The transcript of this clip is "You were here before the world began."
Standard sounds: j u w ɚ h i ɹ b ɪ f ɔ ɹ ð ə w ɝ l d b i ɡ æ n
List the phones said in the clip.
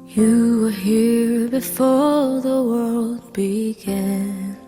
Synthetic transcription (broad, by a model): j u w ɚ h i ɹ b ɪ f ɔ ɹ ð ə w ɝ l d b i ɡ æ n